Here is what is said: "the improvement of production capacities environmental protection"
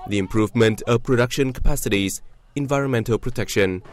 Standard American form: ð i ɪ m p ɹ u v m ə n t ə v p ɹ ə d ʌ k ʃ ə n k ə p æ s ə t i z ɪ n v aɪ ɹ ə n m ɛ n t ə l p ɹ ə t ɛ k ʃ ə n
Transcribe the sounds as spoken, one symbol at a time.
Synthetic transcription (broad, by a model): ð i ɪ m p ɹ u v m ə n t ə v p ɹ ə d ʌ k ʃ ə n k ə p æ s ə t i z ɪ n v aɪ ɹ ə n m ɛ n t ə l p ɹ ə t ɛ k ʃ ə n